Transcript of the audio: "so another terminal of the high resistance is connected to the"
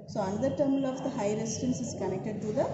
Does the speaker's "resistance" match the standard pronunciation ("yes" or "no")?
no